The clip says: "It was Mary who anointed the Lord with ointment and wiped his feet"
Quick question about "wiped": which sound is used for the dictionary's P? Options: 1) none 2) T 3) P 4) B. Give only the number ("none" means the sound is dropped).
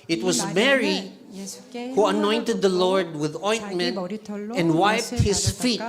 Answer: 3